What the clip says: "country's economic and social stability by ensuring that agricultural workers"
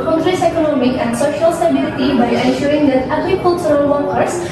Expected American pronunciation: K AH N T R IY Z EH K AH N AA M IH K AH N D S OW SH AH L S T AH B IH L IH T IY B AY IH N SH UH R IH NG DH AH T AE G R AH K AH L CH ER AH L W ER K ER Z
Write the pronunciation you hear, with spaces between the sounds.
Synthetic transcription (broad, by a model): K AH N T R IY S EH K AH N AA M IH K AH N D S OW SH AH L S T AH B IH L IH T IY B AY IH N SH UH R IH NG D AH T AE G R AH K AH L S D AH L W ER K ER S